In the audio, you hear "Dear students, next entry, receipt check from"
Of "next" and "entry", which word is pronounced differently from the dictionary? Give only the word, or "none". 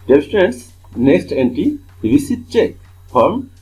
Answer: entry